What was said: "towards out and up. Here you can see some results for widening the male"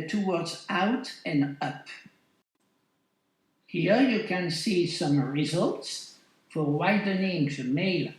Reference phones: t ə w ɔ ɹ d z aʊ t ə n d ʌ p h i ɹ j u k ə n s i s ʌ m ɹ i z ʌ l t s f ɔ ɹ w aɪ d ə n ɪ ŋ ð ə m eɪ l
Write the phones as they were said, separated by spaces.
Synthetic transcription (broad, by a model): t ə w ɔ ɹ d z aʊ t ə n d ʌ p h i ɹ j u k ə n s i s ʌ m ɹ i z ʌ l t s f ɔ ɹ w aɪ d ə n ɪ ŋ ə m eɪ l